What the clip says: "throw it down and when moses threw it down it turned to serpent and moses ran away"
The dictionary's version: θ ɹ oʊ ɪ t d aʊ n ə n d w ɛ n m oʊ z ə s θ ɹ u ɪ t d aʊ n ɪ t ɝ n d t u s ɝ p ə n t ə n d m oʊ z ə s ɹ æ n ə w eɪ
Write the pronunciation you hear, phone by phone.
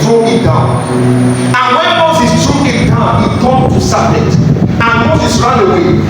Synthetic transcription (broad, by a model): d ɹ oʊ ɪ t d aʊ n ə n w ɛ n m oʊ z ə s t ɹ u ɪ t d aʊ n ɪ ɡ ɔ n t u s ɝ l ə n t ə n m oʊ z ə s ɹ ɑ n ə w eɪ